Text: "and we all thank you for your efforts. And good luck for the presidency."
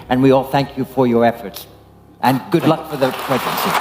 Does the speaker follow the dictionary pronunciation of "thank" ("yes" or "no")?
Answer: yes